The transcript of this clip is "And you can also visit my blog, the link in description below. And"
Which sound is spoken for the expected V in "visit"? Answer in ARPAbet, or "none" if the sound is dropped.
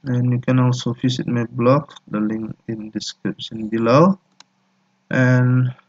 F